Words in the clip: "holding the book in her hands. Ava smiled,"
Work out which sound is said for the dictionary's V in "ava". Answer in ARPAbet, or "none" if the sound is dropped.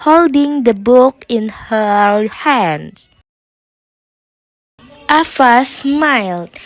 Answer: F